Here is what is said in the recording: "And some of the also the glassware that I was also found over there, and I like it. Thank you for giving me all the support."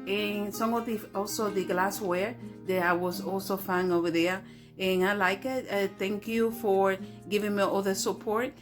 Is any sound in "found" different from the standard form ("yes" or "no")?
yes